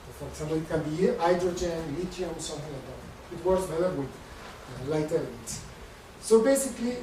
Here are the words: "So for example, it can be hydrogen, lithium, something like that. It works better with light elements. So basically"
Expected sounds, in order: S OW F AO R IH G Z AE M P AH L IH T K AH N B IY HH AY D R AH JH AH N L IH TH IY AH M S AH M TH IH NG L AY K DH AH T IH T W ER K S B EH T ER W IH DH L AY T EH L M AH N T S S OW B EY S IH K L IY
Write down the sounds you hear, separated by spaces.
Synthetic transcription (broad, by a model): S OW F AO R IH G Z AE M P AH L IH T K AH N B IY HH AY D R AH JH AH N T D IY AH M S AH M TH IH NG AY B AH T IH T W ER S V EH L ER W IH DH L AY T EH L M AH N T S S OW B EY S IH K L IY